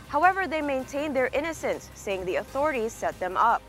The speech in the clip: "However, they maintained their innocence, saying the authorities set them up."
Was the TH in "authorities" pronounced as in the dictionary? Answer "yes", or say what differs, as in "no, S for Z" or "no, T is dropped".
yes